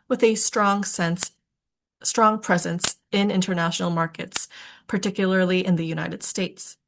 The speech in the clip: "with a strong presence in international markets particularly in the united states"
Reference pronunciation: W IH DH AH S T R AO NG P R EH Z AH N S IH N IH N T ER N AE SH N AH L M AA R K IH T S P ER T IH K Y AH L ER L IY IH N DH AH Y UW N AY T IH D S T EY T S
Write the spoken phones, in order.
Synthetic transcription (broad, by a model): W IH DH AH S T R AO NG P R EH Z AH N S IH N IH N T ER N AE SH N L M AA R K IH T S P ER T IH K Y L ER L IY IH N DH AH Y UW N AY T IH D S T EY T S